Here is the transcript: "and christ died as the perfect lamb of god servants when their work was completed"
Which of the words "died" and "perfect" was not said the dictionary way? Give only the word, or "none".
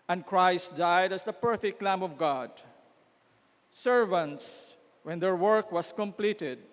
none